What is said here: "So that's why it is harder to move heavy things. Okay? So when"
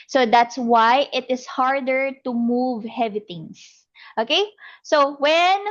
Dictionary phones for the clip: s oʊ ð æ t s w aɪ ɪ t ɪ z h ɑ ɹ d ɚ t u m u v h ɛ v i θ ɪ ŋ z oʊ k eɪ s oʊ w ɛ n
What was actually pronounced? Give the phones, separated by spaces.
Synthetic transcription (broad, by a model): s oʊ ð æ t s w aɪ ɪ t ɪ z h ɑ ɹ d ɚ t u m u v h ɛ v i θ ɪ ŋ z oʊ k eɪ s oʊ w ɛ n